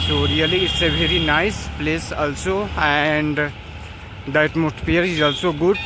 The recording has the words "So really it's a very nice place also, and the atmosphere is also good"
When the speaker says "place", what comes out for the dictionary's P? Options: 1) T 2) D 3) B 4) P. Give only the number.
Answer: 4